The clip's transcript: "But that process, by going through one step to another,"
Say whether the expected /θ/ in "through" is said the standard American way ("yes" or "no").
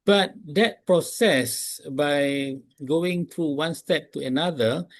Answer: no